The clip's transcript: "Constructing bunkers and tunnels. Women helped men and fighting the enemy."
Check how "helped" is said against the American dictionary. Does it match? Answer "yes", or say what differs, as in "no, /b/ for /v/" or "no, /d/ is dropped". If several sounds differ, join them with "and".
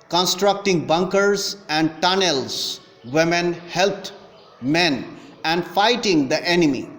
no, /p/ is dropped